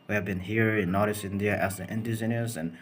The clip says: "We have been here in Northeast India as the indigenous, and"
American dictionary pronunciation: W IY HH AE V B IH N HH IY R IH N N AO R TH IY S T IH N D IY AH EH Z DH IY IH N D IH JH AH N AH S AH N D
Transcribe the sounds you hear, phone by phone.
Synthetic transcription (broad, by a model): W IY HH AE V B IH N HH IY R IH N N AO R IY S IH N D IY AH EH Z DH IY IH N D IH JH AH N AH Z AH N